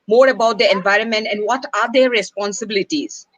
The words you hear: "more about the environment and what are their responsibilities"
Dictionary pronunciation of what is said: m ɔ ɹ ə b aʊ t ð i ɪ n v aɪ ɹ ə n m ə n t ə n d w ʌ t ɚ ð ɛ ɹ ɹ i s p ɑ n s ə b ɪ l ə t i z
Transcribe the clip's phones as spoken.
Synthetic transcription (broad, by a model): m ɔ ɹ ə b aʊ t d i ɪ n v aɪ ɹ ə n m ə n t ə n d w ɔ t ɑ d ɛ ɹ ɹ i s p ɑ n s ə b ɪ l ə t i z